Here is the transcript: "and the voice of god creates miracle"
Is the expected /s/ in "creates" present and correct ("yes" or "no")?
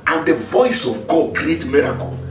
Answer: no